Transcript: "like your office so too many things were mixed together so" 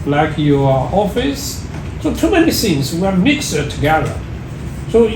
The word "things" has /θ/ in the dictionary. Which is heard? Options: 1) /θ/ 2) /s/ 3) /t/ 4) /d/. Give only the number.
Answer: 2